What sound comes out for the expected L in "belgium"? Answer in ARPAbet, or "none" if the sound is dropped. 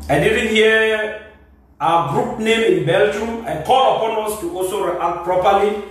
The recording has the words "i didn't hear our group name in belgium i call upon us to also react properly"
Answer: L